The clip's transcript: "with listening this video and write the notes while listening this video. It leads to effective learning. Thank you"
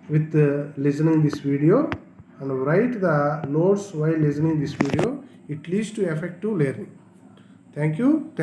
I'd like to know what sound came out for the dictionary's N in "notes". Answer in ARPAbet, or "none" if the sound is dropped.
L